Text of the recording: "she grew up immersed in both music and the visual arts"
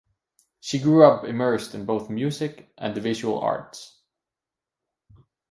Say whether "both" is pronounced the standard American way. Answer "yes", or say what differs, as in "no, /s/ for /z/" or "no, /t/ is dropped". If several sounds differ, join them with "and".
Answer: yes